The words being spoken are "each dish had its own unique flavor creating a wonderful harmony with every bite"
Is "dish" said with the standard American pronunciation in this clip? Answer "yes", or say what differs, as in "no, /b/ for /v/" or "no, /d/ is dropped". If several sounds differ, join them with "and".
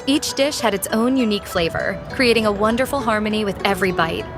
yes